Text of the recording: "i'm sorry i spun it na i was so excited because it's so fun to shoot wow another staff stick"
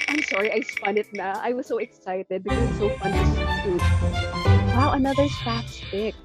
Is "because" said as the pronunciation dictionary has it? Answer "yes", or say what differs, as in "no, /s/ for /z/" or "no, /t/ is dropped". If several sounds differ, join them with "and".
no, /z/ is dropped